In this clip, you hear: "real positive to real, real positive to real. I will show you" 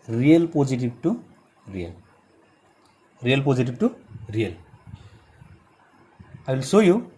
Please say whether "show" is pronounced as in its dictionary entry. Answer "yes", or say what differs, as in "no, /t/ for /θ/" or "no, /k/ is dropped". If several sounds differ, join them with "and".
no, /s/ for /ʃ/